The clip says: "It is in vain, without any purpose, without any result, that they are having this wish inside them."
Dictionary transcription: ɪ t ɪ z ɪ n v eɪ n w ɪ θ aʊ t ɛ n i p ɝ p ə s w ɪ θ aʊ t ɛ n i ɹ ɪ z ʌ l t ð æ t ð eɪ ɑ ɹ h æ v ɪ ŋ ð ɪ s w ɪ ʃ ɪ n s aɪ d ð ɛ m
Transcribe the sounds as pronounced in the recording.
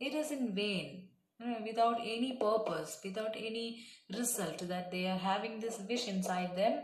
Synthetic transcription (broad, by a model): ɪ t ɪ z ɪ n v eɪ n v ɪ t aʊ t ɛ n i p ɝ p ə s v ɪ t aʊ t ɛ n i ɹ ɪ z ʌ l t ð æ t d eɪ ɑ ɹ h æ v ɪ ŋ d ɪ s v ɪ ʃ ɪ n s aɪ d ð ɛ m